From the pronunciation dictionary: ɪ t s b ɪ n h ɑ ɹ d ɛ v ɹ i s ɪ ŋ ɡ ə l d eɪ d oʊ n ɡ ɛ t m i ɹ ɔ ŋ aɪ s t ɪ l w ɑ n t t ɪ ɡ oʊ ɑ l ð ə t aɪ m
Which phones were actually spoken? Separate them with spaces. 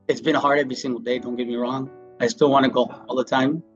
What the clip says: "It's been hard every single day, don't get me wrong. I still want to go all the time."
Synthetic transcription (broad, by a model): ɪ t s b ɪ n h ɑ ɹ d ɛ v ɹ i s ɪ ŋ ɡ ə l d eɪ d oʊ n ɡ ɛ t m i ɹ ɔ ŋ aɪ s t ɪ l w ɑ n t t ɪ ɡ oʊ ɑ l ð ə t aɪ m